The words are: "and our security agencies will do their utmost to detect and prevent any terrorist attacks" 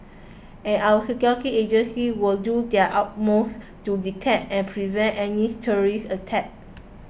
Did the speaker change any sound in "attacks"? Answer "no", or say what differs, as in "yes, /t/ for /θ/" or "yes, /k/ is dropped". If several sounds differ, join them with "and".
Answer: yes, /s/ is dropped